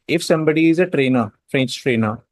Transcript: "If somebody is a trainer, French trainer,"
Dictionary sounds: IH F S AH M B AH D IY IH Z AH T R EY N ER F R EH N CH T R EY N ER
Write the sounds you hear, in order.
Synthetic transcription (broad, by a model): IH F S AH M B AH D IY IH Z AH T R EY N ER F R EH N CH T R EY N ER